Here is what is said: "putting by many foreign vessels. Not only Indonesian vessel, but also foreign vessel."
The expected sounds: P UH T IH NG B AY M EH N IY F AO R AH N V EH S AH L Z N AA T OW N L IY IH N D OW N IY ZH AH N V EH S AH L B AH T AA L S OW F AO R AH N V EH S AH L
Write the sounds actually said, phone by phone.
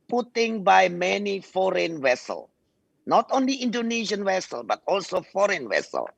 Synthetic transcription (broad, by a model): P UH T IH NG B AY M EH N IY F AO R AH N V EH S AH L N AA T OW N L IY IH N D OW N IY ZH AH N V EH S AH L B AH T AA L S OW F AO R AH N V EH S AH L